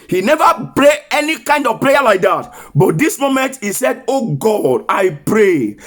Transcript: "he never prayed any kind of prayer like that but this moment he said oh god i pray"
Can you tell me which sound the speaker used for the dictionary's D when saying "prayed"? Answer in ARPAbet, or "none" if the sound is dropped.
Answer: none